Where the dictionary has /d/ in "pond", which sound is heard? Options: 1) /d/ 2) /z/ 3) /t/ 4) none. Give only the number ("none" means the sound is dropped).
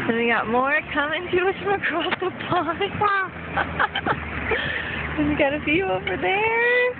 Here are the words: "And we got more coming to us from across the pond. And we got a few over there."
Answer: 4